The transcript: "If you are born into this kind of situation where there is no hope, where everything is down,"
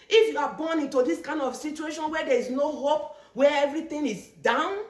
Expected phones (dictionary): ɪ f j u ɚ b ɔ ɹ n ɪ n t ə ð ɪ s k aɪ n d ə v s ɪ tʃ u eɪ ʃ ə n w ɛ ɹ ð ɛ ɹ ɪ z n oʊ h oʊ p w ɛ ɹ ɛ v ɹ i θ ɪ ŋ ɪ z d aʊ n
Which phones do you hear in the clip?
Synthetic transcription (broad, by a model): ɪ f j u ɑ b ɔ n ɪ n t ə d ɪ s k aɪ n d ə f s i tʃ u eɪ ʃ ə n w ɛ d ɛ ɹ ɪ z n oʊ h oʊ p w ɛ ɛ v ɹ i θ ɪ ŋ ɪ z d aʊ n